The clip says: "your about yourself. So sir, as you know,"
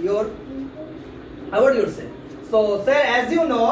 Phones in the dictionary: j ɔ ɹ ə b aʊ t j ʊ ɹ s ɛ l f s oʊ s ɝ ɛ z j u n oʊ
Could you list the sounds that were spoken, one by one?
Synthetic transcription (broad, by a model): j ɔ ɹ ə aʊ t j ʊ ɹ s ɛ s oʊ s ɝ ɛ z j u n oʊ